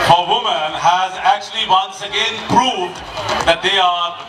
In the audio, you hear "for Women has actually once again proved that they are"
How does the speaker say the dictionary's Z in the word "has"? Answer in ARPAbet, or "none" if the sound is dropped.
Z